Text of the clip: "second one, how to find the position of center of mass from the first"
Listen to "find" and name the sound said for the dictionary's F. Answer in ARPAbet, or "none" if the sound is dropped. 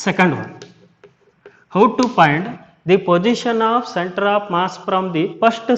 P